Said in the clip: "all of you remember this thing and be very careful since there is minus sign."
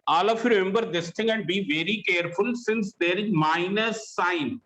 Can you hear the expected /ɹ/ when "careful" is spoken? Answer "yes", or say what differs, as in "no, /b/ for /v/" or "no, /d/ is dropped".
yes